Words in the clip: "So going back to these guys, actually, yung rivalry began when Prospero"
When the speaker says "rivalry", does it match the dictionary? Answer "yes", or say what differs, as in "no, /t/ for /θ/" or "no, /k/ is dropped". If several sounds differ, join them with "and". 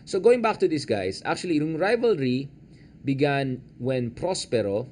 yes